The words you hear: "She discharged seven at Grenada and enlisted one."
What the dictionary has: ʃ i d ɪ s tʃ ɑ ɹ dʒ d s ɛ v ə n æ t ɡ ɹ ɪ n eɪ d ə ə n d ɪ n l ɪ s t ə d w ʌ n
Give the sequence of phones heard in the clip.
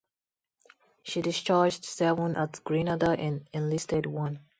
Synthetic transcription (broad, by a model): ʃ i d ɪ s tʃ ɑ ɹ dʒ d s ɛ v ə n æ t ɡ ɹ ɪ n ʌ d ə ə n ɪ n l ɪ s t ə d w ʌ n